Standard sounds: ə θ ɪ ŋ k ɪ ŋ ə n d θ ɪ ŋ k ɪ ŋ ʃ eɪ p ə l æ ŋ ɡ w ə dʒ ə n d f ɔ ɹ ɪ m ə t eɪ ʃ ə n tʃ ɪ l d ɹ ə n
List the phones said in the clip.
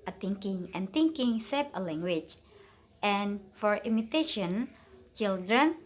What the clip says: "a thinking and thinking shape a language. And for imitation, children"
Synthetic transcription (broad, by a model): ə t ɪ ŋ k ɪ ŋ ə n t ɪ ŋ k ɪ ŋ s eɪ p ə l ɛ ŋ ɡ w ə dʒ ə n f ɔ ɹ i m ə t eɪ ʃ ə n tʃ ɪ l d ɹ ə n